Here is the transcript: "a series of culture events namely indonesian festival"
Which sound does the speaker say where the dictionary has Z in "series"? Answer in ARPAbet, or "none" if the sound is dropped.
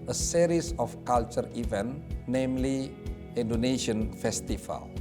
S